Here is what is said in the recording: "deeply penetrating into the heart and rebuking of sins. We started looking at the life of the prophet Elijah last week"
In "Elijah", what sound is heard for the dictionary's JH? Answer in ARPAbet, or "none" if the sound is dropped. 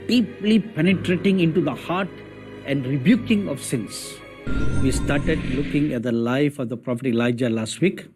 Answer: JH